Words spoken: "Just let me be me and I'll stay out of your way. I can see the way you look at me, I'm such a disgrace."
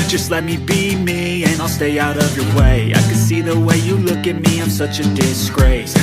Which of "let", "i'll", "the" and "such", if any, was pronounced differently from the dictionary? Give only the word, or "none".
none